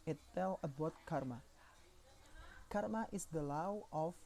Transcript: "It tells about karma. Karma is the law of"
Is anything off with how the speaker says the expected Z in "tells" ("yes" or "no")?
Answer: yes